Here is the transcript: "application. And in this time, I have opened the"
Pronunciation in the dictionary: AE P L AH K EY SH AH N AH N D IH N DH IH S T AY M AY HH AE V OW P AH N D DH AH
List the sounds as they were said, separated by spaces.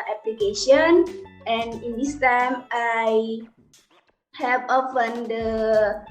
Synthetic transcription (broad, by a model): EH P L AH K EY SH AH N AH N IH N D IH S T AY M AY HH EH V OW F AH N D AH